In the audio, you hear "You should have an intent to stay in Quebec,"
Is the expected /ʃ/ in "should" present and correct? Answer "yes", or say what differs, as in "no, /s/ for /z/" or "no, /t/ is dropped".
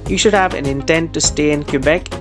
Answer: yes